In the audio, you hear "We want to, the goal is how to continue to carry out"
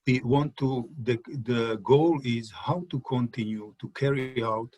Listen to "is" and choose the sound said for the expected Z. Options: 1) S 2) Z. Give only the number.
2